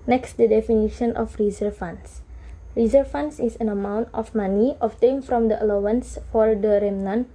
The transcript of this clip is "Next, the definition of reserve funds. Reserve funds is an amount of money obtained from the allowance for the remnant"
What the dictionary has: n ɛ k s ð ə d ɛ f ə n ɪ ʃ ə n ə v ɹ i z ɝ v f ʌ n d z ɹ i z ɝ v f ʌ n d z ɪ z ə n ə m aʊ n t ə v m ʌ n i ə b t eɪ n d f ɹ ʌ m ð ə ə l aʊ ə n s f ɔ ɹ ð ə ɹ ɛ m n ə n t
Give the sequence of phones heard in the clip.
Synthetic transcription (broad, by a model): n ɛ k s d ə d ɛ f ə n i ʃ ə n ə f ɹ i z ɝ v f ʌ n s ɹ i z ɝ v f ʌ n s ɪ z ə n ə m aʊ n t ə f m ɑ n i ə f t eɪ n f ɹ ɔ m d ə ə l aʊ ə n s f ɔ ɹ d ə ɹ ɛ m n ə n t